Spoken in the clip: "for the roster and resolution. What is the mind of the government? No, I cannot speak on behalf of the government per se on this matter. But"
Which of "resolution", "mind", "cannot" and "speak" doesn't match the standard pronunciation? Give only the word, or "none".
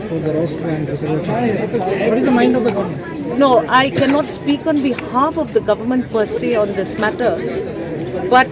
resolution